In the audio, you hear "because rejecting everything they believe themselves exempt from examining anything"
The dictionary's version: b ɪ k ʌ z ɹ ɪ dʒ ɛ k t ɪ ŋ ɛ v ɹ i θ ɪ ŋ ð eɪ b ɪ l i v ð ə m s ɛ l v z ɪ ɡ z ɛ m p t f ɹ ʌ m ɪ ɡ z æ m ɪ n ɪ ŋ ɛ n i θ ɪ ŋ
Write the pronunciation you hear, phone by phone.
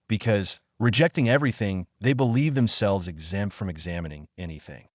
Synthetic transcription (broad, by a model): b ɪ k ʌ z ɹ ɪ dʒ ɛ k t ɪ ŋ ɛ v ɹ i θ ɪ ŋ ð eɪ b ɪ l i v ð ə m s ɛ l v z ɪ ɡ z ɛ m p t f ɹ ʌ m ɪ ɡ z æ m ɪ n ɪ ŋ ɛ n i θ ɪ ŋ